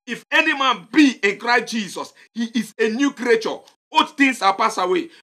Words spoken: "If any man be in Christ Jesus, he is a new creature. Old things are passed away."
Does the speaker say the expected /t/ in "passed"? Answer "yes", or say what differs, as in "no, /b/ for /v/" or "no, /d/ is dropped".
no, /t/ is dropped